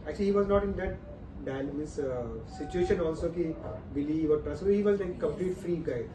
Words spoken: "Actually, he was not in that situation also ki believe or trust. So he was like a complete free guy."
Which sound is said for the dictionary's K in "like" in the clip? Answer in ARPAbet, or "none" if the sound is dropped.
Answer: none